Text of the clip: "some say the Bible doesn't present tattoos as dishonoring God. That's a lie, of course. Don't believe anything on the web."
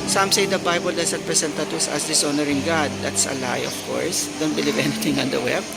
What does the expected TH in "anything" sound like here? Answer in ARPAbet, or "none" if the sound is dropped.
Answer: T